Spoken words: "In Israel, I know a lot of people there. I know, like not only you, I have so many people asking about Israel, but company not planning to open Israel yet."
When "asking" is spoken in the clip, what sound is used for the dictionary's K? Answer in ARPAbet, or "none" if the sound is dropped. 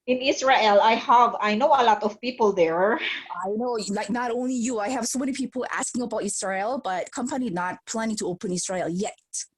K